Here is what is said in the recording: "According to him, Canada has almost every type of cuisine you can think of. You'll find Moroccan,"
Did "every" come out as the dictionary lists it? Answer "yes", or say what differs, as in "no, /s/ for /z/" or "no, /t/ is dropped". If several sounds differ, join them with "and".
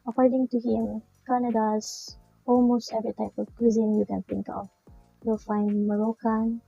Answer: no, /ɹ/ is dropped